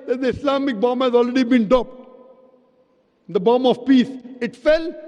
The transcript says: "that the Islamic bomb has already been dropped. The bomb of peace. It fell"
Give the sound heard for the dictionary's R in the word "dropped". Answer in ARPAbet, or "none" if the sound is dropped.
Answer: none